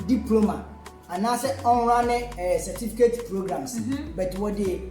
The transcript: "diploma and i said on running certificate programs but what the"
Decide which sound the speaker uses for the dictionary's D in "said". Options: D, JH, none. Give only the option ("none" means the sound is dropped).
none